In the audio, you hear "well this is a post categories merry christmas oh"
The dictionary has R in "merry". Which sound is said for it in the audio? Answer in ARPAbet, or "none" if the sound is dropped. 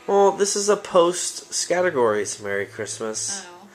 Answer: R